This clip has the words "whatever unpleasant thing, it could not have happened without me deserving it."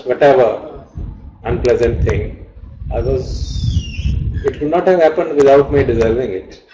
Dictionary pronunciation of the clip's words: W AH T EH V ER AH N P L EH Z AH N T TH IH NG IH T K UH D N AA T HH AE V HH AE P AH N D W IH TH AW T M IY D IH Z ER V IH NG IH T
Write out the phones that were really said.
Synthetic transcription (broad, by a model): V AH T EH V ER AH N P L EH Z AH N T T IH NG IH T K UH D N AA T HH AE V HH AE P AH N D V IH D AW T M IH D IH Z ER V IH NG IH T